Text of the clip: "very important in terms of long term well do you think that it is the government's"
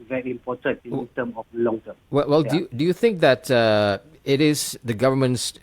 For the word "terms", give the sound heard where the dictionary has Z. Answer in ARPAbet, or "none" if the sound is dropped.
none